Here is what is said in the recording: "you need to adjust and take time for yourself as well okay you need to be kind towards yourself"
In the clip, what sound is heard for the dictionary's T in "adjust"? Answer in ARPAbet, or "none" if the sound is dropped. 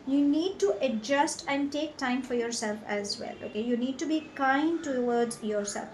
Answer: T